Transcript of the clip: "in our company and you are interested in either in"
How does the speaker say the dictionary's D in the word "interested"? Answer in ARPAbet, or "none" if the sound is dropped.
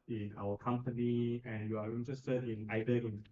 none